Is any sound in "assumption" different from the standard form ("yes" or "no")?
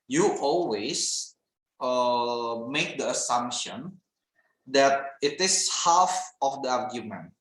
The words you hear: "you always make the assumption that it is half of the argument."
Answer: no